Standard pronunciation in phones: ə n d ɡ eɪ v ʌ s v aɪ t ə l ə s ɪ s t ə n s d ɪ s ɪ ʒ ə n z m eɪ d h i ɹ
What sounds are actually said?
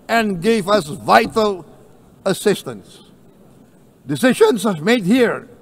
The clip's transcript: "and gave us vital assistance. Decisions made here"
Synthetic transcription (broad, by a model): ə n ɡ eɪ v ʌ s v aɪ t ə l ə s ɪ s t ə n s d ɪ s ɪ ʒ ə n s m eɪ d h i ɹ